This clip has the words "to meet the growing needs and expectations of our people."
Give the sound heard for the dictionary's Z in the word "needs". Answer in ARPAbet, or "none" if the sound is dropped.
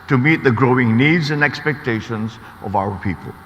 Z